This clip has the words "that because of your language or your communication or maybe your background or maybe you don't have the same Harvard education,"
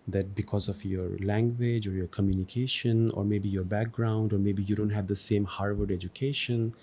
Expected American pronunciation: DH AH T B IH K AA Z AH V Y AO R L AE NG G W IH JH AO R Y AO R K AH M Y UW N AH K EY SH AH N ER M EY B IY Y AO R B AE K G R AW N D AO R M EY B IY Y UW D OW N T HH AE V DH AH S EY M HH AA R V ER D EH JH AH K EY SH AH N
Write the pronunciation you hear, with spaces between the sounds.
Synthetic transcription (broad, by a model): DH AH T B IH K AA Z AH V Y AO R L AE NG G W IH JH AO R Y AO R K AH M Y UW N AH K EY SH AH N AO M EY B IY Y AO R B AE K G R AW N D AO R M EY B IY Y UW D OW N T HH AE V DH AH S EY M HH AA R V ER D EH JH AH K EY SH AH N